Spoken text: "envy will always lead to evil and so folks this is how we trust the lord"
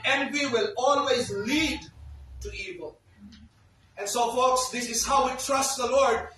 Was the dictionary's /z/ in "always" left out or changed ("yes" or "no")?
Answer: no